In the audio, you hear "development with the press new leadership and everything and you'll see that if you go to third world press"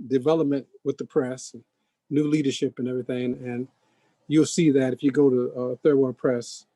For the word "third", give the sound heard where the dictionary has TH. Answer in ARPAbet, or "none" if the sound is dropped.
TH